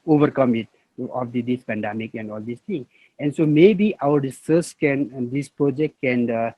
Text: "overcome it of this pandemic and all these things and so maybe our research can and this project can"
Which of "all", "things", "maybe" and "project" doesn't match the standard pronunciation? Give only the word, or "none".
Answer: things